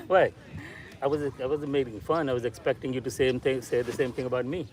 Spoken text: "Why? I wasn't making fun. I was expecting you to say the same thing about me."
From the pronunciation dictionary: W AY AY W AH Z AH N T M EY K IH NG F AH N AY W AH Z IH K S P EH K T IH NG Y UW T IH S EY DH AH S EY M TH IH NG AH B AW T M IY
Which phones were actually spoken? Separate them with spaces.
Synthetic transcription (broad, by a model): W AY AY W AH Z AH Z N M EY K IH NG F AH N AY W AH Z IH K S P EH K T IH NG Y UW T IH S EY DH AH S EY M TH IH NG AH B AW T M IY